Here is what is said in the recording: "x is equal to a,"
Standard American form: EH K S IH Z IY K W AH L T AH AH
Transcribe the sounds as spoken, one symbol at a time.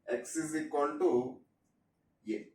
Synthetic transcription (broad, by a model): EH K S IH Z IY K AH N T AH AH